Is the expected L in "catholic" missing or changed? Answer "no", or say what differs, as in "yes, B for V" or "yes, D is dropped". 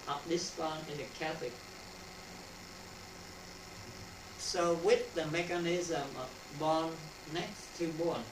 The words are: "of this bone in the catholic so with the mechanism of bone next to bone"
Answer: yes, L is dropped